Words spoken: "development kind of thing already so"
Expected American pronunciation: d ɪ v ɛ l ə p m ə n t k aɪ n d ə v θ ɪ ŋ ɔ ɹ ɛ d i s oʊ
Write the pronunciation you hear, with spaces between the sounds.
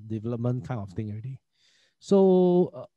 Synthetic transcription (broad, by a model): d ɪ v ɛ l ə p m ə n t k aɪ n ə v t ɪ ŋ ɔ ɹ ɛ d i s oʊ